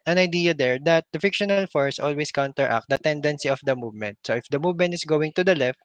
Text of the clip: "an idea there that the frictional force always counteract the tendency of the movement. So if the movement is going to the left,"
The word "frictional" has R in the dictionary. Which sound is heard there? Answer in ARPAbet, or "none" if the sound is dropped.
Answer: none